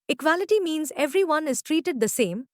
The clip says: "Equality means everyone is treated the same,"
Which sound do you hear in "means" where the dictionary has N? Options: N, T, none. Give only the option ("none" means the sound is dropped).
N